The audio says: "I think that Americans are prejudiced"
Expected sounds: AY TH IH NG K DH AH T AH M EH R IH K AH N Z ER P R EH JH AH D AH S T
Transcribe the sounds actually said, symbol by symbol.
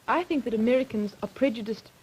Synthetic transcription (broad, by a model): AY TH IH NG K DH AH T AH M EH R IH K AH N Z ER P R EH JH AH D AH S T